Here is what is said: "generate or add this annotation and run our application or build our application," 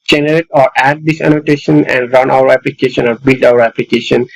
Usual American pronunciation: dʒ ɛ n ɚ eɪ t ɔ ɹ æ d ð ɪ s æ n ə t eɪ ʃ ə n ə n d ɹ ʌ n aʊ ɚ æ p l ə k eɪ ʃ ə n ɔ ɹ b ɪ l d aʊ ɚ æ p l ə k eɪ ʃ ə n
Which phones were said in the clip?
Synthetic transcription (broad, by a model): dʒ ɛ n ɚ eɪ t ɔ ɹ æ d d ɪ s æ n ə t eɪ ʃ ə n ə n d ɹ ʌ n aʊ ɚ æ p l ə k eɪ ʃ ə n ɔ ɹ b ɪ l d aʊ ɚ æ p l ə k eɪ ʃ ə n